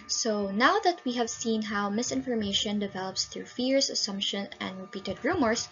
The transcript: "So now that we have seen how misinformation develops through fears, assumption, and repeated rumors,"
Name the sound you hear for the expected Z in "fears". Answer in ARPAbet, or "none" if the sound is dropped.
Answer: S